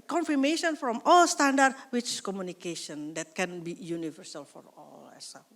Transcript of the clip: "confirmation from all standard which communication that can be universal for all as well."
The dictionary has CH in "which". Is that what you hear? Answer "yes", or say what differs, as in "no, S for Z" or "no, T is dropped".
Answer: no, S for CH